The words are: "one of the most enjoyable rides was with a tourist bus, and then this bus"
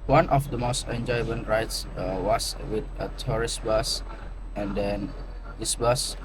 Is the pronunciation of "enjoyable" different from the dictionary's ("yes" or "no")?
yes